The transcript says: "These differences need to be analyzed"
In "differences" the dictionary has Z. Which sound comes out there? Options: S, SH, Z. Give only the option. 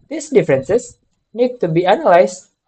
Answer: S